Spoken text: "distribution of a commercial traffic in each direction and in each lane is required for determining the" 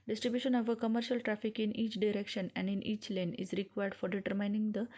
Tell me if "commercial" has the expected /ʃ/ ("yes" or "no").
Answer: yes